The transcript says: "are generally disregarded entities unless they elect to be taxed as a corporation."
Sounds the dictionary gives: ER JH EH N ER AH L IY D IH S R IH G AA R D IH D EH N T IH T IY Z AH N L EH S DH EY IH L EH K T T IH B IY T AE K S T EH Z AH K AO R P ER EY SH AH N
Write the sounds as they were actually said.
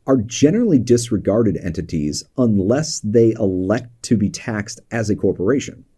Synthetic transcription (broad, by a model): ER JH EH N ER L IY D IH S R IH G AA R D IH D EH N T IH T IY Z AH N L EH S DH EY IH L EH K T T IH B IY T AE K S T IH Z AH K AO R P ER EY SH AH N